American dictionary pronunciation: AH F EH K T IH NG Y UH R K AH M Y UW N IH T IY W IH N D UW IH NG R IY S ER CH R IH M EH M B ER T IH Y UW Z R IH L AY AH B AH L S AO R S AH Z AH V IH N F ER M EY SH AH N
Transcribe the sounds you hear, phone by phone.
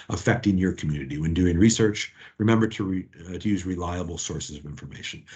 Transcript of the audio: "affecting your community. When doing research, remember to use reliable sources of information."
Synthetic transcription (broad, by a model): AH F EH K T IH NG Y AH R K M Y UW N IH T IY W IH N D UW IH NG R IY S ER CH R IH M EH M B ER T IH Y UW Z R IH L AY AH B L S AO R S AH Z AH V IH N F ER M EY SH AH N